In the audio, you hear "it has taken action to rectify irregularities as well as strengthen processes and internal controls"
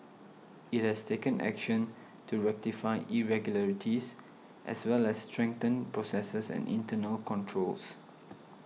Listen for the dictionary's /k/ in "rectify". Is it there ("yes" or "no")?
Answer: yes